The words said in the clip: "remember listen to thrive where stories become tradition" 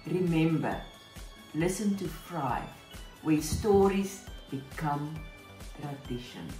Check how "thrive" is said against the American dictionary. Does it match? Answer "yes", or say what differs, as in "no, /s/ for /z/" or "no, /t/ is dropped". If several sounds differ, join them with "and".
no, /f/ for /θ/